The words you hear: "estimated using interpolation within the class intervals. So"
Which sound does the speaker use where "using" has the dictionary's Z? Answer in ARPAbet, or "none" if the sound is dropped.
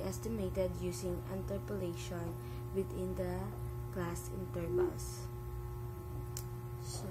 S